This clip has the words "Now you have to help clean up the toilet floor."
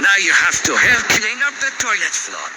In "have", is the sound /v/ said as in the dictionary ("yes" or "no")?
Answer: no